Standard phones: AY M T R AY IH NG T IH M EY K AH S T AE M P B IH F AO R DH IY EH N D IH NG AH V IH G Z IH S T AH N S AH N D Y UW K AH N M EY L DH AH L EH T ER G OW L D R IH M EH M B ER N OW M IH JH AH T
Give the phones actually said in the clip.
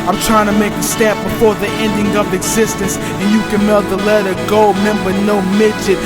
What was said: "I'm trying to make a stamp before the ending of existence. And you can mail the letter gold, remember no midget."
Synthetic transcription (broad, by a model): AY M T R AY IH NG T IH M EY K AH S T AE P B IH F AO R DH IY EH N D IH NG AH V IH G Z IH S T AH N S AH N Y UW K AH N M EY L DH AH L EH T ER G OW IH M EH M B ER N OW M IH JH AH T